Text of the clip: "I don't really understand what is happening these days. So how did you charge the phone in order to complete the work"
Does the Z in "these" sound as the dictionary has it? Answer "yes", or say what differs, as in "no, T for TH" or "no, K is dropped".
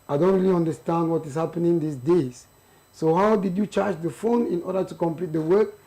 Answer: no, S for Z